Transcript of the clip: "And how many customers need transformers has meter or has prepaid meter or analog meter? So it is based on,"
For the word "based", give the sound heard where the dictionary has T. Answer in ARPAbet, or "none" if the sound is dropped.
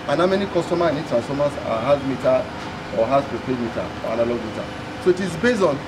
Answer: none